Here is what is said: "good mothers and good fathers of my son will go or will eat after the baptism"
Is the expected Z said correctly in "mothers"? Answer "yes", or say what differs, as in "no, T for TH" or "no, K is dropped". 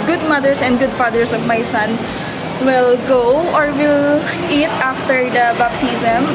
no, S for Z